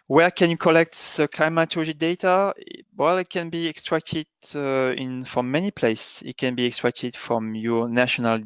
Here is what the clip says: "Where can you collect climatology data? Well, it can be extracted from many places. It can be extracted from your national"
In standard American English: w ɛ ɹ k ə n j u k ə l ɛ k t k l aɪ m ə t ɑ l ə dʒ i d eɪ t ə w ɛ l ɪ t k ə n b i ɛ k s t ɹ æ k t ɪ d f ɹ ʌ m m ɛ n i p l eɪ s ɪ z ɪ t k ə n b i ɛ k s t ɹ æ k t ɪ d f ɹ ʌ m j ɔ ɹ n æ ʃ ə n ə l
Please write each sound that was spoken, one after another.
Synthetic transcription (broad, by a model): w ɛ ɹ k ə n j u k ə l ɛ k t k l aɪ m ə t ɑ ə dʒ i d eɪ t ə w ɛ l ɪ t k ə n b i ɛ k s t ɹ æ k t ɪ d f ɹ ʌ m m ɛ n i p l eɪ ɪ s ɪ t k ə n b i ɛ k s t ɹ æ k t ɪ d f ɹ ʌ m j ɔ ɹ n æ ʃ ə n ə l